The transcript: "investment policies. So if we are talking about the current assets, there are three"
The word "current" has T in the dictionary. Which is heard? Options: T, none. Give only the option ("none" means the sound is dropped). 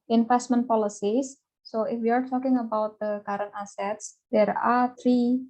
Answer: none